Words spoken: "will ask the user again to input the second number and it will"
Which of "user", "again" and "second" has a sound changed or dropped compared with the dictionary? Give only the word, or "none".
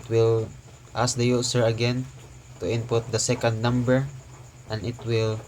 user